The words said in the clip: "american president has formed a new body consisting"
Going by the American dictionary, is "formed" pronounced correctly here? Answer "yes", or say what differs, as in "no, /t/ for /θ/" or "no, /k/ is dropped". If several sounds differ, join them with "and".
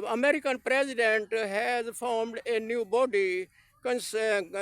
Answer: yes